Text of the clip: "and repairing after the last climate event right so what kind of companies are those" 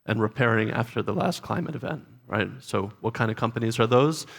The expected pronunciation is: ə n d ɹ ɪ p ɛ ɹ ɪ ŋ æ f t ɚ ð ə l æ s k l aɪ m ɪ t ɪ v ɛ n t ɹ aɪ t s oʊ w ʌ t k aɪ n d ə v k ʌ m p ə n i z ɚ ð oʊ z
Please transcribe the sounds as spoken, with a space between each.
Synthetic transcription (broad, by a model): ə n ɹ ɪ p ɛ ɹ ɪ ŋ æ f t ɚ ð ə l æ s k l aɪ m ɪ t ɪ v ɛ n t ɹ aɪ t s oʊ w ʌ t k aɪ n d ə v k ʌ m p ə n i z ɚ ð oʊ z